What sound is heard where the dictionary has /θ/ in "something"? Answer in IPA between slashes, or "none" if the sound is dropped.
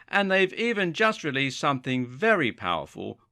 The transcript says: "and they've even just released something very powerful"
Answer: /θ/